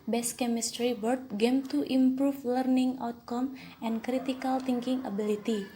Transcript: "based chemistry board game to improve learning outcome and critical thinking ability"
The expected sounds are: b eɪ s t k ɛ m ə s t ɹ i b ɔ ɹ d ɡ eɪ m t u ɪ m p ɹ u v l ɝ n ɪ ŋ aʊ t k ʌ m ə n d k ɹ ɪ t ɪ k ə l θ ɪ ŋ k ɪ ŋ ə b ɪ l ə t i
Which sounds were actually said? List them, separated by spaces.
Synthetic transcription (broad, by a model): b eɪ s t k ɛ m ə s t ɹ i b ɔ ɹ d ɡ eɪ m t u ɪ m p ɹ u f l ɝ n ɪ ŋ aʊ t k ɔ m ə n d k ɹ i t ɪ k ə l t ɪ ŋ k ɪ ŋ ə b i l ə t i